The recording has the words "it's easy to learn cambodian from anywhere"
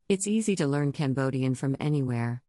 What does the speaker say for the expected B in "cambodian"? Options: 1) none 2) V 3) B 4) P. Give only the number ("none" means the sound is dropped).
3